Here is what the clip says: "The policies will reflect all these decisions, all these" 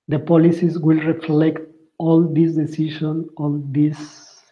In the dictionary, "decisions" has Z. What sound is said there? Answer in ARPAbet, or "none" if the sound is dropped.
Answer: none